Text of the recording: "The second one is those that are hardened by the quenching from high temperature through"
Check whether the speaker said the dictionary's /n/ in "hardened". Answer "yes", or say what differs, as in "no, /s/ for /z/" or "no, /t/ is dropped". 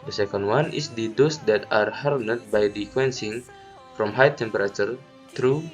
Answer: no, /n/ is dropped